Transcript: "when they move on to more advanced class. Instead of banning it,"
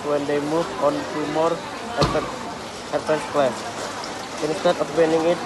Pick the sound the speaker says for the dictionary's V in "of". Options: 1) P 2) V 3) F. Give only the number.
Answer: 1